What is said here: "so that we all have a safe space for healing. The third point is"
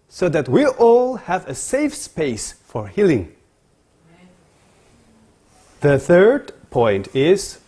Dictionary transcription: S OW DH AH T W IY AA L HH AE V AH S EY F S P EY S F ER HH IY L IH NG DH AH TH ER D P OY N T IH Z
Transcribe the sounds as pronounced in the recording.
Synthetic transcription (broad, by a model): S OW DH AH T W IY AA L HH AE V AH S EY F S P EY S F ER HH IY L IH NG DH AH TH ER D P OY N T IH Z